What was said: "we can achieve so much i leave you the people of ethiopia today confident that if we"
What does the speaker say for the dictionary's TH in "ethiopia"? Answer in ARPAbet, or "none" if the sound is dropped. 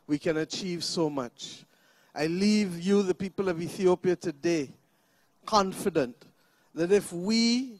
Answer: TH